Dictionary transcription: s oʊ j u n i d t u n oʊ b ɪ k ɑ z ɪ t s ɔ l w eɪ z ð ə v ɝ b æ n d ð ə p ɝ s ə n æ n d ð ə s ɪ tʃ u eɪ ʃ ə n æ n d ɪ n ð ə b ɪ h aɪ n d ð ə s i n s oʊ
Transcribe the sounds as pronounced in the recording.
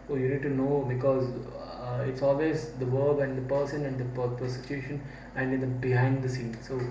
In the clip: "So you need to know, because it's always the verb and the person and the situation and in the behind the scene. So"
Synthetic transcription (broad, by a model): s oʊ j u n i d t u n oʊ b ɪ k ɑ z ɪ t s ɔ l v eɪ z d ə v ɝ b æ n d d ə p ɝ s ə n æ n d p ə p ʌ s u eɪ ʃ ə n æ n d ɪ n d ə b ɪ h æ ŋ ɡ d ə s i n s oʊ